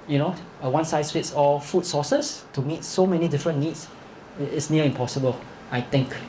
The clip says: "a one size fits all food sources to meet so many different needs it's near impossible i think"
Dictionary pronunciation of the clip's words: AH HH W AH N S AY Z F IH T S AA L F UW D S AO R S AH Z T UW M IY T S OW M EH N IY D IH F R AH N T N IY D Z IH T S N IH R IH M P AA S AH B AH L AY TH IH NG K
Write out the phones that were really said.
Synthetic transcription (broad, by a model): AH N W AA N S AY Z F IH T S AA F UW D S AO S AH S T UW M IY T S OW M EH N IY D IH F R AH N N IY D S IH T S N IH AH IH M P AA S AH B AH L AY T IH NG K